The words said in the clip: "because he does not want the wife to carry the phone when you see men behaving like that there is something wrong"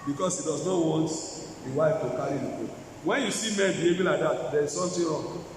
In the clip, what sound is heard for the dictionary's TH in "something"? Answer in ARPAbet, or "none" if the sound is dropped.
T